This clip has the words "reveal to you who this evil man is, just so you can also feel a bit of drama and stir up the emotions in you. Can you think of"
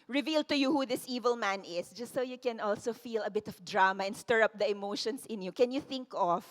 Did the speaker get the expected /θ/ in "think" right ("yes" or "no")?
yes